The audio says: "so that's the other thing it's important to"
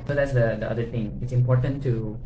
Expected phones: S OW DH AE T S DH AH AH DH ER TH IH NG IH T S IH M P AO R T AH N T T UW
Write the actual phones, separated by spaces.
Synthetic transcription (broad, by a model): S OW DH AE T S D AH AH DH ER T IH NG IH T S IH M P AO R T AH N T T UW